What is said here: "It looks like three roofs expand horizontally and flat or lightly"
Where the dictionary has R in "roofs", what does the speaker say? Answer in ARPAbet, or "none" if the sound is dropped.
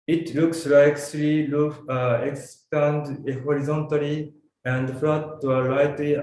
L